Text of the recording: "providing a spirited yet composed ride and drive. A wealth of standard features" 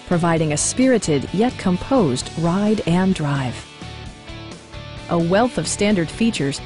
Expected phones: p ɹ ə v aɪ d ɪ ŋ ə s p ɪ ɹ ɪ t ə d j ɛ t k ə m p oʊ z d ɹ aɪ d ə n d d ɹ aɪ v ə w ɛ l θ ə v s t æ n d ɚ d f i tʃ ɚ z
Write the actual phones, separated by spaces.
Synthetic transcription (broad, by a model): p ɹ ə v aɪ d ɪ ŋ ə s p ɪ ɹ ɪ t ə d j ɛ t k ə m p oʊ z d ɹ aɪ d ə n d d ɹ aɪ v ə w ɛ l θ ə v s t æ n d ɚ d f i tʃ ɚ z